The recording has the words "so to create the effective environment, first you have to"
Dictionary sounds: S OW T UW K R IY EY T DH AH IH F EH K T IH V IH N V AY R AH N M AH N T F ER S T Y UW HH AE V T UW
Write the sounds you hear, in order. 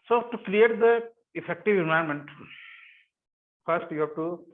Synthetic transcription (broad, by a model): S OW T UW K R IY EY T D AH IH F EH K T IH V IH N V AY AH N M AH N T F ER S T Y UW HH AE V T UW